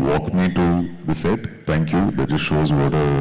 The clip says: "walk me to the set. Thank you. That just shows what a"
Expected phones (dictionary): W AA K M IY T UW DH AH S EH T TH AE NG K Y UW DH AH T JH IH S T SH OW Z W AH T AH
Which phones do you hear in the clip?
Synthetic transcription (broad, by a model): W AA K M IY T UW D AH S EH T T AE NG K Y UW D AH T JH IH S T SH OW Z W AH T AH